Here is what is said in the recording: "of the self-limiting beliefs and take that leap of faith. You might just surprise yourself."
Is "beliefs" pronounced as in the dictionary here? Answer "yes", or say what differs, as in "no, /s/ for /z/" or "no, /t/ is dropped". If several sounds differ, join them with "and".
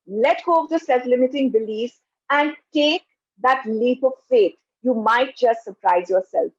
no, /f/ is dropped